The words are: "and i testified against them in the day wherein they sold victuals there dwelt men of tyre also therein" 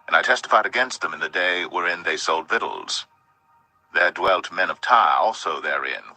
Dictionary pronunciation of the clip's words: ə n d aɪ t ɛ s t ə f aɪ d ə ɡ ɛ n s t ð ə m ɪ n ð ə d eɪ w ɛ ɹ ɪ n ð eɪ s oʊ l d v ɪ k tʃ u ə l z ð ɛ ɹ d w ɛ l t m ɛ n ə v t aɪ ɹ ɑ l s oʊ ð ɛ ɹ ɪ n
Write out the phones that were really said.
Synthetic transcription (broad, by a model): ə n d aɪ t ɛ s t ə f aɪ d ə ɡ ɛ n s t ð ə m ɪ n ð ə d eɪ w ɛ ɹ ɪ n ð eɪ s oʊ l d v ɪ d l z ð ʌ ɹ d w ɛ l t m ɛ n ə v t aɪ ɹ ɑ l s oʊ ð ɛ ɹ ɪ n